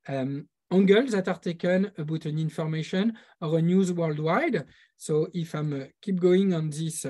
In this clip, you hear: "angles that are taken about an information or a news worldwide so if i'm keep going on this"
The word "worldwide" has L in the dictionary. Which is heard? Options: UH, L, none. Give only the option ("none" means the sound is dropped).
L